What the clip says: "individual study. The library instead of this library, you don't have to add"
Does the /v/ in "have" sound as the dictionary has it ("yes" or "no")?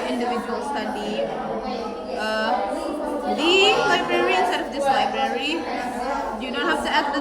no